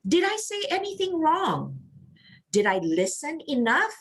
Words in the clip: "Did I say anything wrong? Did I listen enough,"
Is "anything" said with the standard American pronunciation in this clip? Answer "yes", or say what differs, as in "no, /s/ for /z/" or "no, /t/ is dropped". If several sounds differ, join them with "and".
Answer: yes